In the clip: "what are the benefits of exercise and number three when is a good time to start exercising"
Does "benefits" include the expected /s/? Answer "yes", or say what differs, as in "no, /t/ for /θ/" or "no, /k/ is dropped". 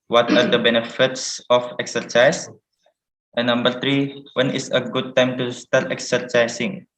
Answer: yes